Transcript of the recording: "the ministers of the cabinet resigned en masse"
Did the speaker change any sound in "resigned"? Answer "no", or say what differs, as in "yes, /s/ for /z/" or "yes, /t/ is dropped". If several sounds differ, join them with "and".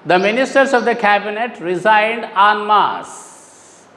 no